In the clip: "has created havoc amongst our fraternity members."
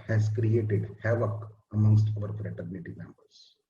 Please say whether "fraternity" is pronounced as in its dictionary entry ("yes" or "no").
yes